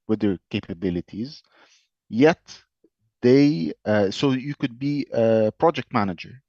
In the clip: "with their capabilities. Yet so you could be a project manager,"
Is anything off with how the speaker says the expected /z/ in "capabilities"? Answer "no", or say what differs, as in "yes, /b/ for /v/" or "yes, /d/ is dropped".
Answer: no